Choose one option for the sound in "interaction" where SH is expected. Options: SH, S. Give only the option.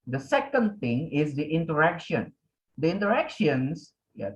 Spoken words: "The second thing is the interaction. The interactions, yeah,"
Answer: SH